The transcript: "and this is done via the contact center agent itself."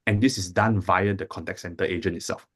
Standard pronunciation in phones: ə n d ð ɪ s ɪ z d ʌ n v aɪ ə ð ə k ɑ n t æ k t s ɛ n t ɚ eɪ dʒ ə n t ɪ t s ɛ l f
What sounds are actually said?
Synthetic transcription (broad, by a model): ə n d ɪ s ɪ s d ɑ n v aɪ ə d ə k ɑ n t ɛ k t s ɛ n t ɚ eɪ dʒ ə n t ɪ t s ɛ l f